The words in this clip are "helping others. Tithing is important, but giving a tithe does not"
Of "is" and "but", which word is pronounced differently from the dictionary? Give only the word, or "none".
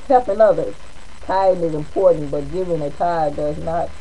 none